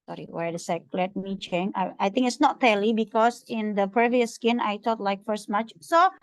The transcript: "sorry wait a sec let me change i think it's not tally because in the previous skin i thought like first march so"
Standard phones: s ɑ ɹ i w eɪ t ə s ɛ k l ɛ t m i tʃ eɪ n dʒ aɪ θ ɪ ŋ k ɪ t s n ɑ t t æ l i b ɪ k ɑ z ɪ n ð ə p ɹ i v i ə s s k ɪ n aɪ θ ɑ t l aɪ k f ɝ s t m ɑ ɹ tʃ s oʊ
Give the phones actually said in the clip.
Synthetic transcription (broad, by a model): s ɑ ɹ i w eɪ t ə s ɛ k l ɛ t m i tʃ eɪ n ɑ aɪ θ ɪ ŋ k ɪ t s n ɑ t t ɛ l i b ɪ k ɑ s ɪ n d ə p ɹ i v i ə s s k ɪ n aɪ t ɑ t l aɪ k f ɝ s t m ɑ tʃ s oʊ